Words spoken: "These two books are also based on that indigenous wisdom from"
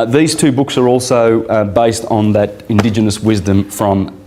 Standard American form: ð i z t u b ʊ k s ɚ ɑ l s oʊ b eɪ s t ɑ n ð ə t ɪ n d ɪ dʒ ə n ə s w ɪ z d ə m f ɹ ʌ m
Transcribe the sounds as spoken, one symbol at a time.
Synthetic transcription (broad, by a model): ð i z t u b ʊ k s ɚ ɑ l s oʊ b eɪ s t n ð ə t ɪ n d ɪ dʒ ə n ə s w ɪ z d ə m f ɹ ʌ m